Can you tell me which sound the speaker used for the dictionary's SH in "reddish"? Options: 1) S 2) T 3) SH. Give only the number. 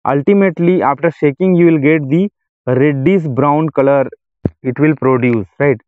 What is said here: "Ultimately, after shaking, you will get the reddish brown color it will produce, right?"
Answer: 1